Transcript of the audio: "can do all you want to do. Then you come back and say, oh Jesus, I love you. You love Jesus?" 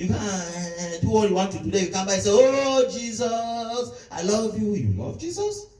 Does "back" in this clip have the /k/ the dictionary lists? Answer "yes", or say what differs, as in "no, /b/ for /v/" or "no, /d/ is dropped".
no, /k/ is dropped